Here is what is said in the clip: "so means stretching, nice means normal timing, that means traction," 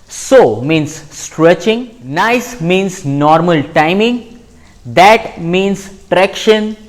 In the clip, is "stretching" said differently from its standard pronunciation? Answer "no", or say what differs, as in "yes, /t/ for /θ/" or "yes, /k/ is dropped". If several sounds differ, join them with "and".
no